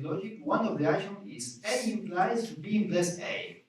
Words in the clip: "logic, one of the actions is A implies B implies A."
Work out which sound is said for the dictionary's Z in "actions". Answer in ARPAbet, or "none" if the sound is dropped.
none